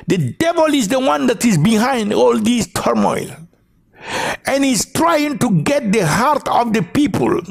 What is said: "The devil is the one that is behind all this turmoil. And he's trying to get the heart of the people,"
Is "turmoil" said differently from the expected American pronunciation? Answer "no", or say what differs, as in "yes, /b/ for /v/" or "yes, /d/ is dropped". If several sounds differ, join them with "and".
no